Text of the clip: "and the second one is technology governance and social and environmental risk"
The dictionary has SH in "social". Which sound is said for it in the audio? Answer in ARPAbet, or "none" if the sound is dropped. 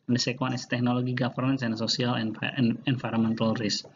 S